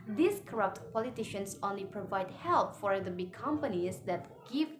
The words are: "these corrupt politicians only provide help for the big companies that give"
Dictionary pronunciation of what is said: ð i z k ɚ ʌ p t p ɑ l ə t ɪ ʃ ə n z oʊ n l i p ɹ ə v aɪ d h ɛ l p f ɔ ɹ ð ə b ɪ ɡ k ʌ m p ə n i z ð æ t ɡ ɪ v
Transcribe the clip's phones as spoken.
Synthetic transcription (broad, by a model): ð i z k ɚ ʌ p t p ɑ l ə t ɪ ʃ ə n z oʊ n l i p ɹ ə v aɪ d h ɛ l p f ɔ ɹ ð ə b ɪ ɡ k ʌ m p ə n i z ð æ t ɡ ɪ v